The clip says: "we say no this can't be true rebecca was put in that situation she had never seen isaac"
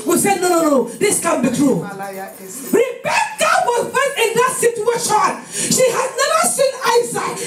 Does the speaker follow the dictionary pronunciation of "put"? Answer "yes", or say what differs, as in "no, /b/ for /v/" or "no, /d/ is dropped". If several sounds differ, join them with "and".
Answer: no, /f/ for /p/